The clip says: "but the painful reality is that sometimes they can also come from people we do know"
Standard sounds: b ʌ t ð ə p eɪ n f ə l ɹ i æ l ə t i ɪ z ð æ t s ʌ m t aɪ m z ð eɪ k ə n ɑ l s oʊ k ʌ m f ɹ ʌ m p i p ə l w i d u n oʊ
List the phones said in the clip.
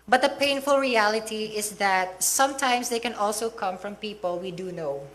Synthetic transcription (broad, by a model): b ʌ t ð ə p eɪ n f ə l ɹ i æ l ə t i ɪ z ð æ t s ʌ m t aɪ m s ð eɪ k ə n ɑ l s oʊ k ʌ m f ɹ ʌ m p i p ə l w i d u n oʊ